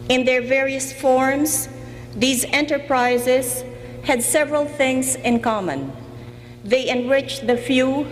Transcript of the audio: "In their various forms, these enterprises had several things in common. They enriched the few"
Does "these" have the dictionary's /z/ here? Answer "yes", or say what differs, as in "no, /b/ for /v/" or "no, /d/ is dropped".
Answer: yes